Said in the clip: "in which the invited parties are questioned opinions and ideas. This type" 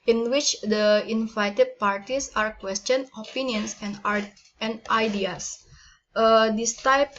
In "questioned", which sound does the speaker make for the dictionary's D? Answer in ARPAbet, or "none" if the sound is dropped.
none